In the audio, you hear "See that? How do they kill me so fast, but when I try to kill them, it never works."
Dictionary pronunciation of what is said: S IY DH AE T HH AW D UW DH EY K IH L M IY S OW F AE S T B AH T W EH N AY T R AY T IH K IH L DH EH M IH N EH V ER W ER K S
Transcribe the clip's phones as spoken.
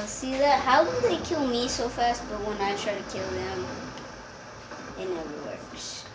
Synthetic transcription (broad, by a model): S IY DH AE T HH AW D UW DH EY K IH L M IY S OW F AE S T B AH T W EH N AY T R AY T IH K IH L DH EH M IH N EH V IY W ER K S